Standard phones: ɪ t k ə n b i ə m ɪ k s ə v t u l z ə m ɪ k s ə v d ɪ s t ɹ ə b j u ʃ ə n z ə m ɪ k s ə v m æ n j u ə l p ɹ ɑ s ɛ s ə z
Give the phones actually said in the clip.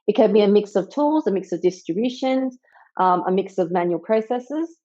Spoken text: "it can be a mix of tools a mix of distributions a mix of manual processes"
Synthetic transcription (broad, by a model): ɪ t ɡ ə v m i ə m ɪ k s ə v t u l z ə m ɪ k s ə v d ɪ s t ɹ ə b j u ʃ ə n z ə m ɪ k s ə v m æ n j u ə l p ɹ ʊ s ɛ s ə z